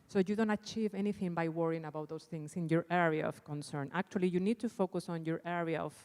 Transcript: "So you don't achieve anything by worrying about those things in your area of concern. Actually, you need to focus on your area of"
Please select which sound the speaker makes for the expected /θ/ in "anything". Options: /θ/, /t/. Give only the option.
/θ/